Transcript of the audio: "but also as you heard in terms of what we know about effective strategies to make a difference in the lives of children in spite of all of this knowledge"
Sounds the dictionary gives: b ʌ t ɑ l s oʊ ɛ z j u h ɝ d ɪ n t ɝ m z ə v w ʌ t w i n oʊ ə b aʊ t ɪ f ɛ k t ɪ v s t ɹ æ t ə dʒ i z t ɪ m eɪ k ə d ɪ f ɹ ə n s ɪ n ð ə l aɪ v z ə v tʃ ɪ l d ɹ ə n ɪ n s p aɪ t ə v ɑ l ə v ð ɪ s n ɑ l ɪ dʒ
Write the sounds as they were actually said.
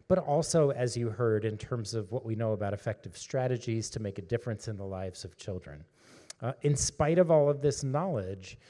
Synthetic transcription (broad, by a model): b ʌ t ɑ l s oʊ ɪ z j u h ɝ d ɪ n t ɝ m z ə v w ʌ t w i n oʊ ə b aʊ t ɪ f ɛ k t ɪ v s t ɹ æ t ə dʒ i z t ɪ m eɪ k ə d ɪ f ɹ ə n s ɪ n ð ə l aɪ v z ə v tʃ ɪ l d ɹ ə n ɪ n s p aɪ t ə v ɑ l ə v ð ɪ s n ɑ l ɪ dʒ